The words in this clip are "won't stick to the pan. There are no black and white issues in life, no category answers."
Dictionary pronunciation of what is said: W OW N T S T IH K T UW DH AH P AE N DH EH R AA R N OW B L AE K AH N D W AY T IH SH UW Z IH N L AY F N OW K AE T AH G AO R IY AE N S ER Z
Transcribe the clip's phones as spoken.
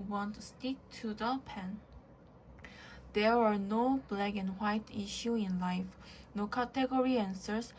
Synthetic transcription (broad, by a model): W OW N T S T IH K T UW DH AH P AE N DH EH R AA R N OW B L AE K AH N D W AY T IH SH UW IH N L AY F N OW K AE T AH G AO R IY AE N S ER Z